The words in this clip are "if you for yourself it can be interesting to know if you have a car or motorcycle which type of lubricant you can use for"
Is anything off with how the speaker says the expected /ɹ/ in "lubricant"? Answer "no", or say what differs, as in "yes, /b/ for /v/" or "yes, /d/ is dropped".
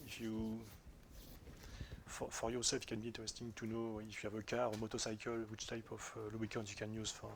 yes, /ɹ/ is dropped